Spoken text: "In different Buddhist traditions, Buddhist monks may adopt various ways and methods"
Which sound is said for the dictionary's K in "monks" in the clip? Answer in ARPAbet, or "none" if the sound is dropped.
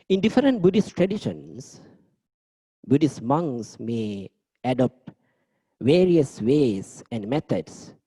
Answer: none